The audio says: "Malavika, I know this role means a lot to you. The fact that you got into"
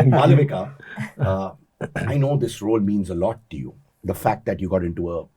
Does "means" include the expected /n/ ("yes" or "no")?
yes